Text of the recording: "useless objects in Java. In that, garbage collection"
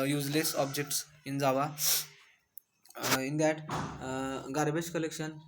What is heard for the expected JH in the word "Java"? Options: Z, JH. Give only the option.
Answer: Z